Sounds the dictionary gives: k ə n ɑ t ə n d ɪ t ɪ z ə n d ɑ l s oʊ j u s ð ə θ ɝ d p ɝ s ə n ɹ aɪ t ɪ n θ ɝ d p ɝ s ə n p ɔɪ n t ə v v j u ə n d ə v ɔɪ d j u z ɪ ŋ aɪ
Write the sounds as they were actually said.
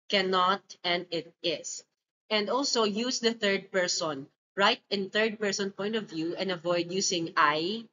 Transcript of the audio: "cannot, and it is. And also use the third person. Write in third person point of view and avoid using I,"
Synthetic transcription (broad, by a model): k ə n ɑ t ə n d ɪ t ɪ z ə n d ɑ l s oʊ j u s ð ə θ ɝ d p ɝ s ə n ɹ aɪ t ɪ n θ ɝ d p ɝ s ə n p ɔɪ n t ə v v j u ə n d ə v ɔɪ d j u s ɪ ŋ aɪ